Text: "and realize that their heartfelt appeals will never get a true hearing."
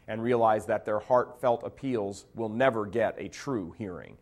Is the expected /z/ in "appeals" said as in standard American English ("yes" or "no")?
yes